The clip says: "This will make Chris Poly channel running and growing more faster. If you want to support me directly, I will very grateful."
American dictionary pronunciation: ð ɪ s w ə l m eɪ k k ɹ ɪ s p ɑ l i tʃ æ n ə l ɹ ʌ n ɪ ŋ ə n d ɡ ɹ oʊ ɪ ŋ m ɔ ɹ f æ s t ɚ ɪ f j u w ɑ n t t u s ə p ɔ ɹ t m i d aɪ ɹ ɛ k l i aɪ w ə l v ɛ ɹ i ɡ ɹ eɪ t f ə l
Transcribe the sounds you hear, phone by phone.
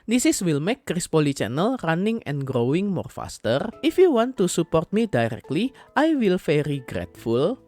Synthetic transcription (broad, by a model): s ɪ s w ə l m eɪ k k ɹ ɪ s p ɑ l i tʃ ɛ n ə l ɹ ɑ n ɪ ŋ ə n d ɡ ɹ oʊ ɪ ŋ m ɔ ɹ f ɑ s t ɚ ɪ f j u w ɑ n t t u s ə p ɔ ɹ t m i d aɪ ɹ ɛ k l i aɪ w ə l f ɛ ɹ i ɡ ɹ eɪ t f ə l